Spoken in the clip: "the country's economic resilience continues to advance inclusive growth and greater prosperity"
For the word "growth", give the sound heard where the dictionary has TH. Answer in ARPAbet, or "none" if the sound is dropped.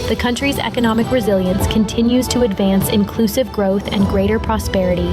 TH